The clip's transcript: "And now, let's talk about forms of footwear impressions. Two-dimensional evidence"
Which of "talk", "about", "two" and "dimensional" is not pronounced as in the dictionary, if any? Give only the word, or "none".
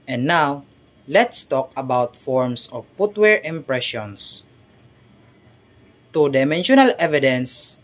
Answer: none